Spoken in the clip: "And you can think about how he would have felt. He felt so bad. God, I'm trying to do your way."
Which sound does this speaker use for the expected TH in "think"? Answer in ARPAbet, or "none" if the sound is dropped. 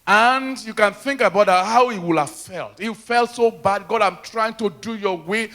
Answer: TH